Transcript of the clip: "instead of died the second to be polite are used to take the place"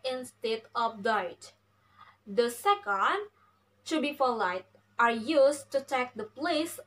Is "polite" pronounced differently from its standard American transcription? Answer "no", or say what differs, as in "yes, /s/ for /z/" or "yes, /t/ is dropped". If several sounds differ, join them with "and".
yes, /f/ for /p/